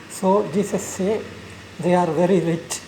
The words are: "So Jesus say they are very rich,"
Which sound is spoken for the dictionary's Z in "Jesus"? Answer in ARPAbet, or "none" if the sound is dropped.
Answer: S